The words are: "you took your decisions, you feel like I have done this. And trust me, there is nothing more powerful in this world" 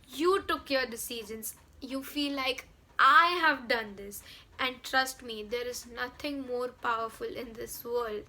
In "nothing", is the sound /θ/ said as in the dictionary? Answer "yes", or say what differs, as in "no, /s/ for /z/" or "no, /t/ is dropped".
no, /t/ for /θ/